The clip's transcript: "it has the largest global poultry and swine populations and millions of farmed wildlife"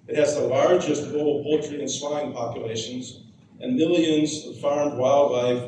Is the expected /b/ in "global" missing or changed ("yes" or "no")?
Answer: yes